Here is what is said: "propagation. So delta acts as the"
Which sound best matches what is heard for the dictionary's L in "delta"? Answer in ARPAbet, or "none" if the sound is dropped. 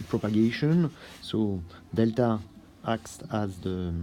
L